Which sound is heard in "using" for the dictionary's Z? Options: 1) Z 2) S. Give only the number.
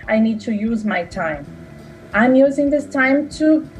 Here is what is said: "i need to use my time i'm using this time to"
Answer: 1